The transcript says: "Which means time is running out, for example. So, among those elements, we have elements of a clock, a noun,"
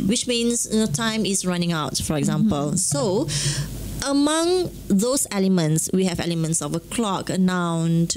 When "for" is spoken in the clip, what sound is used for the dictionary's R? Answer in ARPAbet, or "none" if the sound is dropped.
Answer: R